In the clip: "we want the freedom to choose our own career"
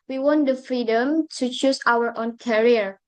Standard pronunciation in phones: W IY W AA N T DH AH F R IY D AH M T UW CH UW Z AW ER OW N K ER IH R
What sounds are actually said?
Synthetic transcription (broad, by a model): W IY W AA N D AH F R IY D AH M T UW CH UW S AW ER OW N K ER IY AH